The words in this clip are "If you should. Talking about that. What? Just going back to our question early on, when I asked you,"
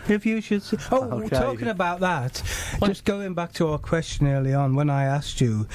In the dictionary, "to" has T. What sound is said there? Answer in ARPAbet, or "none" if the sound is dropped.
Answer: T